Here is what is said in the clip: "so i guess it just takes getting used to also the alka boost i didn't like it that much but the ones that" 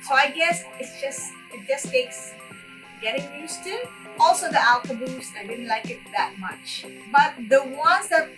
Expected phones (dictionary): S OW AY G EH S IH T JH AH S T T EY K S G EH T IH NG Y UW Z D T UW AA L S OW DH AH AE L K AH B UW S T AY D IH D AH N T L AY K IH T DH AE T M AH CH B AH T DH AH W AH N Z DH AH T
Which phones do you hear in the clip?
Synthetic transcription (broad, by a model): S OW AY G EH S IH T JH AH S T T EY K S G EH T IH NG Y UW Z T UW AA L S OW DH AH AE L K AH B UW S AY D IH D AH N T L AY K IH T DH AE T M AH CH B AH T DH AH W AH N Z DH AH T